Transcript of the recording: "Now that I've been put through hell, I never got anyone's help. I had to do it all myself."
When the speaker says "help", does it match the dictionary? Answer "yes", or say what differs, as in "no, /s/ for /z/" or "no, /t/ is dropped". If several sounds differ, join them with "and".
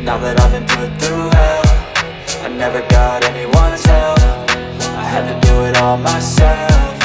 no, /f/ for /p/